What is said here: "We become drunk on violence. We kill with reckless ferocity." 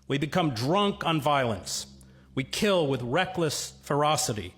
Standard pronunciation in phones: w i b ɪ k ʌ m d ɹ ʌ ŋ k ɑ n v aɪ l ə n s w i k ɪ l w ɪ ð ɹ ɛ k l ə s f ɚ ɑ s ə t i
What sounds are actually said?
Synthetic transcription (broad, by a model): w i b ɪ k ʌ m d ɹ ʌ ŋ k n v aɪ l ə n s w i k ɪ l w ɪ ð ɹ ɛ k l ə s f ɚ ɑ s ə t i